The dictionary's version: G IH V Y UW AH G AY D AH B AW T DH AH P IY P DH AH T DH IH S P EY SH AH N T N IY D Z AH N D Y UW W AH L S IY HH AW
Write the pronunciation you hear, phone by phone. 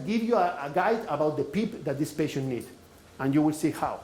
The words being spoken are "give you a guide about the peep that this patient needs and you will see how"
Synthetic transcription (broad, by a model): G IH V Y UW AH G AY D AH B AW T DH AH P IY P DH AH T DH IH S P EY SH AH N N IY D AH N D Y UW W AH L S IY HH AW